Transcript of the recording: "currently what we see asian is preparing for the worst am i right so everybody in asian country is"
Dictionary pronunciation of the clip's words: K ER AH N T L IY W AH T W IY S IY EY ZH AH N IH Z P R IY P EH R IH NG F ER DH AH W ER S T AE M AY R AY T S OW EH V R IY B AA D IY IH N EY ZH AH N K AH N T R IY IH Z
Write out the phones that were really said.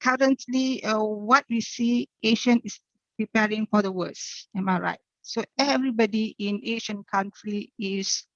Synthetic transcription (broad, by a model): K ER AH N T L IY W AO T W IY S IY EY SH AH N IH S P R IY P EH R IH NG F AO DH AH W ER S EH M AY R AY T S OW EH V R IY B AA D IY IH N EY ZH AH N K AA N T R IY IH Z